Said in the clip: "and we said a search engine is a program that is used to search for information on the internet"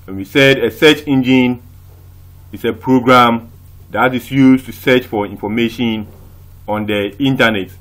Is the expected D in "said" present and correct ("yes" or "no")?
yes